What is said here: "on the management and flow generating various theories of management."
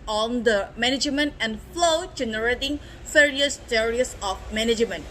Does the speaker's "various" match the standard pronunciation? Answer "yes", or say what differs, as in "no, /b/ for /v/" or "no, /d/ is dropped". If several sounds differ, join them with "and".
no, /f/ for /v/